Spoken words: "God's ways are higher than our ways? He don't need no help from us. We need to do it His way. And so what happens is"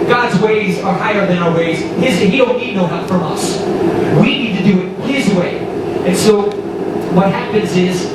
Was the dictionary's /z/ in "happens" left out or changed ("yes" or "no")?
no